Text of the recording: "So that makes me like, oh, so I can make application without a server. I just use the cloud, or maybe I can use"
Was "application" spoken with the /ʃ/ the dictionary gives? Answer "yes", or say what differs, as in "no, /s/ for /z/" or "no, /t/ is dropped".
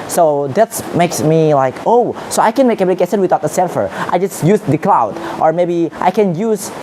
no, /s/ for /ʃ/